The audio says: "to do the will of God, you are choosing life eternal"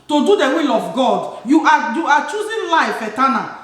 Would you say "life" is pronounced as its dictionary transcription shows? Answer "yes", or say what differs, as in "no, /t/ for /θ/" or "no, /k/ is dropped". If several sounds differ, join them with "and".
yes